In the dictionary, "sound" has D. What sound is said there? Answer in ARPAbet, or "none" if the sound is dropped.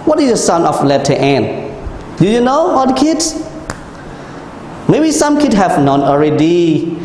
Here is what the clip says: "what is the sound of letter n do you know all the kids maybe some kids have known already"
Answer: none